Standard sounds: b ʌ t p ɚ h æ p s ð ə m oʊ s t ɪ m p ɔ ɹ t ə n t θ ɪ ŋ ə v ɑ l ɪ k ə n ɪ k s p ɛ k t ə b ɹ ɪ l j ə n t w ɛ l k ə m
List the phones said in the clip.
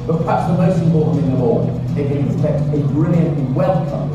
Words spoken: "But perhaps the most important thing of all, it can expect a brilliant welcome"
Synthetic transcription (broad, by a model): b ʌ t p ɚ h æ p s ð ə m oʊ s t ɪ m p ɔ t n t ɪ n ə w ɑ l ɪ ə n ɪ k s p ɛ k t ə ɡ ɹ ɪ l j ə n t w ɛ l k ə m